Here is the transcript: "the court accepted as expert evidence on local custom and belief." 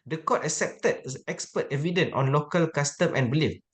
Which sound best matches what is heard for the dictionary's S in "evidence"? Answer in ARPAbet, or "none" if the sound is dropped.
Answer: none